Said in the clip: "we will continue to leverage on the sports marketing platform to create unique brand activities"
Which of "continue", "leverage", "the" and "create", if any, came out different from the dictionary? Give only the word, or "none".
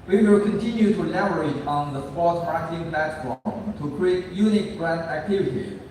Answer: leverage